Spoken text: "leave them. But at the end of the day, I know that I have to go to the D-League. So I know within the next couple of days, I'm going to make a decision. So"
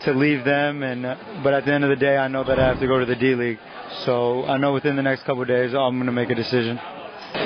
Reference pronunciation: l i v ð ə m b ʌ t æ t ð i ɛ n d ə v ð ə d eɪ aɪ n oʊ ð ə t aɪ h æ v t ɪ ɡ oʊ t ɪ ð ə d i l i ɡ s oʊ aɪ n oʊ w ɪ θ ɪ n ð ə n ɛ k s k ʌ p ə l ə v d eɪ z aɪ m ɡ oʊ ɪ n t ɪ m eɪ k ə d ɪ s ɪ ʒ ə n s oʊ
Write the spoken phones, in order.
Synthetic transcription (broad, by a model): l i v ð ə m b ʌ t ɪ t ð i ɛ n d ə v ð ə d eɪ aɪ n oʊ ð ə t aɪ h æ f t ɪ ɡ oʊ t ɪ ð ə d i l i ɡ s oʊ aɪ n oʊ w ɪ θ ɪ n ð ə n ɛ k s k ʌ p l d eɪ z aɪ m ɡ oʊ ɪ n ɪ m eɪ k ə d ɪ s ɪ ʒ ə n